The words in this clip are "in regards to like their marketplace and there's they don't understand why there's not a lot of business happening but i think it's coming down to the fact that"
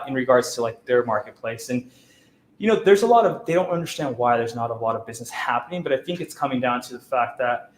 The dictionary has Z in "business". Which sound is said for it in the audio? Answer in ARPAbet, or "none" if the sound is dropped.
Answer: Z